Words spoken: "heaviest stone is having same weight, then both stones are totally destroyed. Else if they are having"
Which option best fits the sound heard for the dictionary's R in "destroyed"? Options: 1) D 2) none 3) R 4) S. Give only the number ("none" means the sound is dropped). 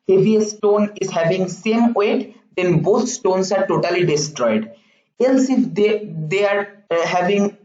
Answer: 3